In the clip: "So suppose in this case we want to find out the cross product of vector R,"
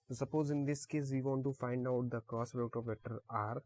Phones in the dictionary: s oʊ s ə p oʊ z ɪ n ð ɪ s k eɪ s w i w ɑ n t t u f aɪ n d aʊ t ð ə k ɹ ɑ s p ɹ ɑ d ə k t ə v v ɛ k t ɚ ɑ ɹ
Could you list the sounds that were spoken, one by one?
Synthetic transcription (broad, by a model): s s ə p oʊ z ɪ n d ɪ s k eɪ s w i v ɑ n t t u f aɪ n d aʊ t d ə k ɑ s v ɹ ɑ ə t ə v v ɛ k t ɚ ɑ ɹ